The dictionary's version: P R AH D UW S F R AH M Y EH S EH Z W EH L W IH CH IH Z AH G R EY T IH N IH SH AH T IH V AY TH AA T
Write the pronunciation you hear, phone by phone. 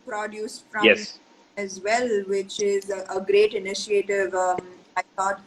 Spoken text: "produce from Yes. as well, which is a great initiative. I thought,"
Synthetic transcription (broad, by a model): P R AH D UW S F R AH Y EH S EH Z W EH L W IH CH IH Z AH G R EY T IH N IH SH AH T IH V AY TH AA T